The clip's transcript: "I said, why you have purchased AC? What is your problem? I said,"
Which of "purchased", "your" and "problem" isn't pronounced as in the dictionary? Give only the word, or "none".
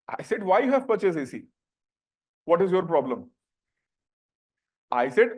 purchased